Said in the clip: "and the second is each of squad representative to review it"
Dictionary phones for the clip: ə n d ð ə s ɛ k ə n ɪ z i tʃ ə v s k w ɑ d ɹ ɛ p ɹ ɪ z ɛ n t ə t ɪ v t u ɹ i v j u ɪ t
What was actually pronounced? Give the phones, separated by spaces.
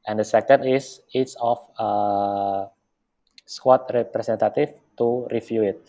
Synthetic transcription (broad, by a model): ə n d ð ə s ɛ k ə n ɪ s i s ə f s k w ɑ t ɹ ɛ p ɹ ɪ s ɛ n t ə t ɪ f t u ɹ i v j u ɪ t